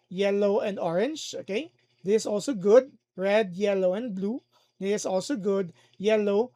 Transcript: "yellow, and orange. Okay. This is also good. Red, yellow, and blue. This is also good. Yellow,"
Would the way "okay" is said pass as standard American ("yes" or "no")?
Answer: yes